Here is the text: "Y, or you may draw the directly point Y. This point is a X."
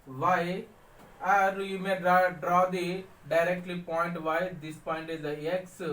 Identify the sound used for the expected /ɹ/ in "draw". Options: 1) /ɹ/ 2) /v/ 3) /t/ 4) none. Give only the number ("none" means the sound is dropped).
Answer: 1